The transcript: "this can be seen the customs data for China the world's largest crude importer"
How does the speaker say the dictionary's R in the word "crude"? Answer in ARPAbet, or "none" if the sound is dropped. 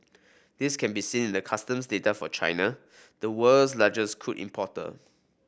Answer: none